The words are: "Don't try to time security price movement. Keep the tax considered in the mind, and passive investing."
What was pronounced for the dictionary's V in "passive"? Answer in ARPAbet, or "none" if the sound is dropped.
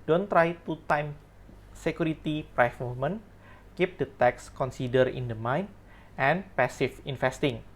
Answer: F